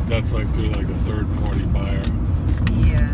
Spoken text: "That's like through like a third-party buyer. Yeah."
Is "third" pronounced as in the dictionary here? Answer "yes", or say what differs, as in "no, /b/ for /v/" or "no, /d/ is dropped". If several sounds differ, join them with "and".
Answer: yes